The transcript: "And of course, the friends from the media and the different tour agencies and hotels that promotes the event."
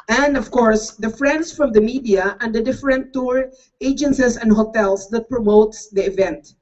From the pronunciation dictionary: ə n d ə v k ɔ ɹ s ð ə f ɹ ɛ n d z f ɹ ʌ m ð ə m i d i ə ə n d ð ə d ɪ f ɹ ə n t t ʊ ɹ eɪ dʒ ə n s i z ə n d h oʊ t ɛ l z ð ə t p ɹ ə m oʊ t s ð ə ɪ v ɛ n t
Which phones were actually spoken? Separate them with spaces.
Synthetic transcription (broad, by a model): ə n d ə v k ɔ ɹ s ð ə f ɹ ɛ n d s f ɹ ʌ m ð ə m i d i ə ə n d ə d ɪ f ɹ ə n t t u ɹ eɪ dʒ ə n s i s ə n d h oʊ t ɛ l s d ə t p ɹ ə m oʊ t s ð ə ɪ v ɛ n t